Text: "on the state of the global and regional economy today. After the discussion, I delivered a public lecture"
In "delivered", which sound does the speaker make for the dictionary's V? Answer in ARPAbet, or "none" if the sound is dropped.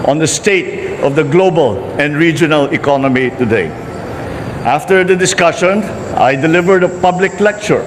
V